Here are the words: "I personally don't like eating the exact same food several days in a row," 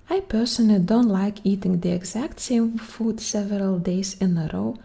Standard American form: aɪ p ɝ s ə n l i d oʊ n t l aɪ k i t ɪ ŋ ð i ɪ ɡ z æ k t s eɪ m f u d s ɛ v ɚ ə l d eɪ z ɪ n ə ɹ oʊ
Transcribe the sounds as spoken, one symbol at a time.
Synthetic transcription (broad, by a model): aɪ p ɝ s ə n i d oʊ n t l aɪ k i t ɪ ŋ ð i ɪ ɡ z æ k t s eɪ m f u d s ɛ v ɚ ə l d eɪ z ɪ n ə ɹ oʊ